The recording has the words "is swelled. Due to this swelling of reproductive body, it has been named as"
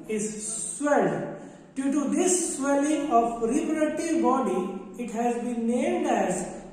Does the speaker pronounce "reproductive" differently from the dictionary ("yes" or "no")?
yes